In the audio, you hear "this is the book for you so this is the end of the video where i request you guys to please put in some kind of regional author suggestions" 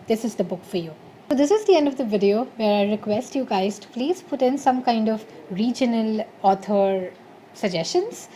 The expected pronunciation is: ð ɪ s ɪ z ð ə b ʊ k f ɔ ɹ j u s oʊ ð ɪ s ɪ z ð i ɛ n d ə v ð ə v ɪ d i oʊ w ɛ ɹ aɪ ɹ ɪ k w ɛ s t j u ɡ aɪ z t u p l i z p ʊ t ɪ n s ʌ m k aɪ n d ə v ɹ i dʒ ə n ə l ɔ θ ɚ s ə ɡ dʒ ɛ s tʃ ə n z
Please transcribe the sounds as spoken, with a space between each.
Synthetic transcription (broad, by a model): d ɪ s ɪ z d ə b ʊ k f ɔ ɹ j u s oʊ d ɪ s ɪ z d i ɛ n d ə v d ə v ɪ d i oʊ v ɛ ɹ aɪ ɹ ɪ k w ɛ s t j u ɡ aɪ z t u p l i z p ʊ t ɪ n s ʌ m k aɪ n d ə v ɹ i dʒ ə n ə l ɔ t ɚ s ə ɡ dʒ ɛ s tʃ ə n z